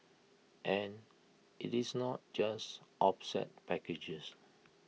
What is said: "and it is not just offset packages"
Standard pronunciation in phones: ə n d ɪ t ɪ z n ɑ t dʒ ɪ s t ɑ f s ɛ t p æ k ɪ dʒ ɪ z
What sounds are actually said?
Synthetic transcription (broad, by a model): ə n ɪ t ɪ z n ɑ t dʒ ɪ s t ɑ p s ɛ t p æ k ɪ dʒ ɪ s